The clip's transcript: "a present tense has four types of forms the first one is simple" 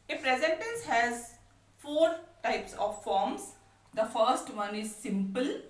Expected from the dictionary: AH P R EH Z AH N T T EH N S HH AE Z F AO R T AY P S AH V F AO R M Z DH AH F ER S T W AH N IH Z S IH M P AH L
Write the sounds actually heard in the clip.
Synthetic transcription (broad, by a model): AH F R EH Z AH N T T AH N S HH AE Z F AO R T AY P S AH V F AO R M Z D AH F ER S T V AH N IH Z S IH M P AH L